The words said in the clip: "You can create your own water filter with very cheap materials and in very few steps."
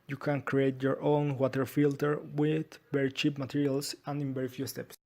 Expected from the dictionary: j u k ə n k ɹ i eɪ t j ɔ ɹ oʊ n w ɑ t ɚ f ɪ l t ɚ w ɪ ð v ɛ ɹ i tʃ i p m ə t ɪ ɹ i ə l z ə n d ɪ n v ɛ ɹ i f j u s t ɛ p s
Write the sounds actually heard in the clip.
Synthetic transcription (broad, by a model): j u k ə n k ɹ i eɪ t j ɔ ɹ oʊ n w ɑ t ɚ f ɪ l t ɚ w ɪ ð b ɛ ɹ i tʃ i p m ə t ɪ ɹ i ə l s ə n d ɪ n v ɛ ɹ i f j u s t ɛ p s